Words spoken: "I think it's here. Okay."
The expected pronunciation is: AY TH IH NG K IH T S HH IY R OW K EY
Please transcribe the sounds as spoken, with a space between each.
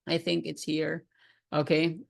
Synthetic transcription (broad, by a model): AY TH IH NG K IH T S HH IY R OW K EY